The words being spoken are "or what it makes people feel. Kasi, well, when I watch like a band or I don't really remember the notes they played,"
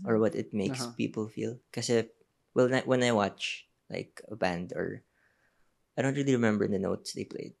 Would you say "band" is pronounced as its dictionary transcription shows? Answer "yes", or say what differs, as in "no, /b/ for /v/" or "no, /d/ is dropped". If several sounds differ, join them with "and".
yes